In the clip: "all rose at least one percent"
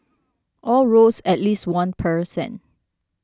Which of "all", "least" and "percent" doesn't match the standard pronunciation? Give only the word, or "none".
percent